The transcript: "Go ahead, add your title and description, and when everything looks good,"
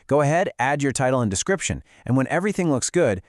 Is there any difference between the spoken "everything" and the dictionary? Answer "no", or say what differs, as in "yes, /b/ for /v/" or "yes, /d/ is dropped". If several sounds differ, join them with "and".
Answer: no